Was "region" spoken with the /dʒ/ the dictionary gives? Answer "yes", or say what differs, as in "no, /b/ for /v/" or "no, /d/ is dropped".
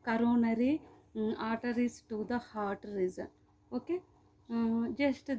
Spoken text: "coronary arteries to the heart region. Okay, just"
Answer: no, /z/ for /dʒ/